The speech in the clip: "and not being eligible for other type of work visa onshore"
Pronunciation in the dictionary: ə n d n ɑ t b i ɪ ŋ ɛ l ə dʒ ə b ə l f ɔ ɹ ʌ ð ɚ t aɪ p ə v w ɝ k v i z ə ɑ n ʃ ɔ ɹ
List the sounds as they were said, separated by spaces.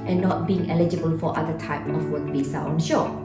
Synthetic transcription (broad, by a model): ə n n ɑ t b i ɪ ŋ ɛ l ə dʒ ə b ə l f ɔ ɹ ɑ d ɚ t aɪ p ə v w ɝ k b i s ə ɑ n ʃ ɔ